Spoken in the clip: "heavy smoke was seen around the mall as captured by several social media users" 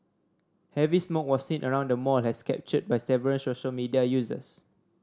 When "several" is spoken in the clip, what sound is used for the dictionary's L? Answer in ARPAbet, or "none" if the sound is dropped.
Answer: N